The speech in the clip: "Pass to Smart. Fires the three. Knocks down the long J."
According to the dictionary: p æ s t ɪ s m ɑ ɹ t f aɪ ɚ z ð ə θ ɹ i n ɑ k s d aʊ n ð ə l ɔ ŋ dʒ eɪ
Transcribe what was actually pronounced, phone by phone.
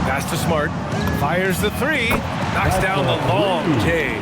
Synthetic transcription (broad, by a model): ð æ s t ɪ s m ɑ ɹ t f aɪ ɚ z ð ə θ ɹ i n ɑ k s d aʊ n ð ə l ɔ ŋ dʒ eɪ